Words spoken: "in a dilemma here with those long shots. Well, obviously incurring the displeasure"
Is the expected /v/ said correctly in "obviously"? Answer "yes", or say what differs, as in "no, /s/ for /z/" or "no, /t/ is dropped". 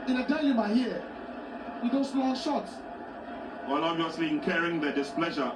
no, /v/ is dropped